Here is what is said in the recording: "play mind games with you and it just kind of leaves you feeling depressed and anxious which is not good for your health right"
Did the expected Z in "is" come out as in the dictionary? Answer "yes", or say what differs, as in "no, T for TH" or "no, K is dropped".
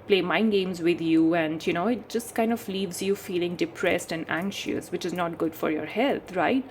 yes